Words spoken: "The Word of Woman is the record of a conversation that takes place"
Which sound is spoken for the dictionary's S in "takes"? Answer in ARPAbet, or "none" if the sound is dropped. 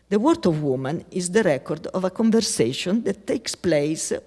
S